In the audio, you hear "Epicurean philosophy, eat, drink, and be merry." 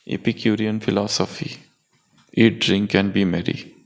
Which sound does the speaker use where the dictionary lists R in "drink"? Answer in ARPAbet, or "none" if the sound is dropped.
R